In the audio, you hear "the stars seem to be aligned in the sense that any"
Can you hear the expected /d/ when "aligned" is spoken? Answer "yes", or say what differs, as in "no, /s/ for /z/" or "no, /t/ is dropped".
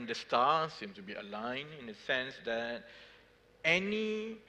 no, /d/ is dropped